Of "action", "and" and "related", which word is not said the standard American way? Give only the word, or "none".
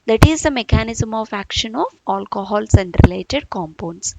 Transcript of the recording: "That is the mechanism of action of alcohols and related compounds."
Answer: none